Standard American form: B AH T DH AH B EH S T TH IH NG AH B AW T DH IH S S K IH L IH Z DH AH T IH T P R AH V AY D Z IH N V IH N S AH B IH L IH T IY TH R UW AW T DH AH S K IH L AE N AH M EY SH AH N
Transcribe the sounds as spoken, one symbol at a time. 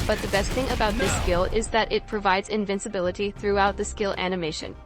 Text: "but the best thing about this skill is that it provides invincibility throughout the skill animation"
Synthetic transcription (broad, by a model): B AH T DH AH B EH S T TH IH NG AH B AW T DH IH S S K IH L IH Z DH AH T IH T P R AH V AY D Z IH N V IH N S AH B IH L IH T IY TH R UW AW T DH AH S K IH L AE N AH M EY SH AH N